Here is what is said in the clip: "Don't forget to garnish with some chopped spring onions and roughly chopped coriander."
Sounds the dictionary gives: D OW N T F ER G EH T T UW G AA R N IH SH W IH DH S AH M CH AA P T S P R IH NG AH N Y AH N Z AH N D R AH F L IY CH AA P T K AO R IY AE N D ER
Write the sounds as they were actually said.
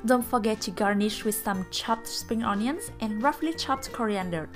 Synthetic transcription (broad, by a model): D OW N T F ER G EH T T UW G AA R N IH SH W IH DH S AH M CH AA P T S P R IH NG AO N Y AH N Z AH N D R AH F L IY CH AA P T K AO R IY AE N D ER